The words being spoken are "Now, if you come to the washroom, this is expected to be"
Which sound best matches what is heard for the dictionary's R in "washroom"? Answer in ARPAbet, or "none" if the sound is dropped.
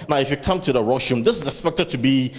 none